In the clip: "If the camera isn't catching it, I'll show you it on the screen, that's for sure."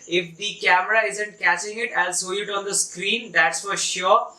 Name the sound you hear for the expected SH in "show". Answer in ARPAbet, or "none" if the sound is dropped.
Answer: S